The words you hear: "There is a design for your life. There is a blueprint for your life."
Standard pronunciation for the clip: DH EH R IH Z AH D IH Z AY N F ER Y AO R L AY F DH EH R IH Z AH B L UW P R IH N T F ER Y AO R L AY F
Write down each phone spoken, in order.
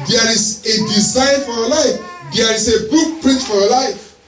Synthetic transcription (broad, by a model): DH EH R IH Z AH D IH Z AY N F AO Y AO L AY F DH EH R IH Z AH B UW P R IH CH F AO Y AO L AY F